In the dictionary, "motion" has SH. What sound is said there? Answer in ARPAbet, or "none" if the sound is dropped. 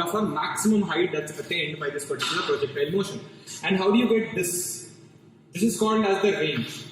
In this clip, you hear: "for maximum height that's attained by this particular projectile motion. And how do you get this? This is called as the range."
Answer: SH